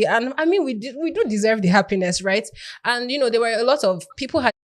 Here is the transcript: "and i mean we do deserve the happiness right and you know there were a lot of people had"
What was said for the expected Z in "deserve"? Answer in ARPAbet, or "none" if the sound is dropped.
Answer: Z